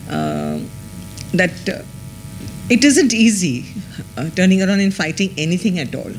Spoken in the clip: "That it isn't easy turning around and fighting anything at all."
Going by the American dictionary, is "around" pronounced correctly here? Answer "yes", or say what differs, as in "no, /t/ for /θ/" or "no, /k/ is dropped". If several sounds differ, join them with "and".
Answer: yes